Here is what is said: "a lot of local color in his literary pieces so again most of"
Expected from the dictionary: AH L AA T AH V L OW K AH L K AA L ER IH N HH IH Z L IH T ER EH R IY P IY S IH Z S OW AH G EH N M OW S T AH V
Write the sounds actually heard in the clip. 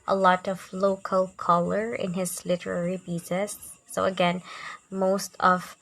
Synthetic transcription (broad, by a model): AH L AA T AH V L OW K AH L K AA L ER IH N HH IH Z L IH T ER EH R IY B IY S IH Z S OW AH G EH N M OW S T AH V